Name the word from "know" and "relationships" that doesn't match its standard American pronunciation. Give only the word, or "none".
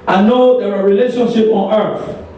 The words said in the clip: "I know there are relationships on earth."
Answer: relationships